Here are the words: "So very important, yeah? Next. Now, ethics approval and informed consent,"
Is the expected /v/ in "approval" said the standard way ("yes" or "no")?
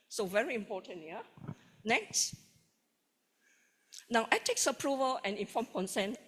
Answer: yes